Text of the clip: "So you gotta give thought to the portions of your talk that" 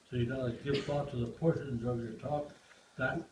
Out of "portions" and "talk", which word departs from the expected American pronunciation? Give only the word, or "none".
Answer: none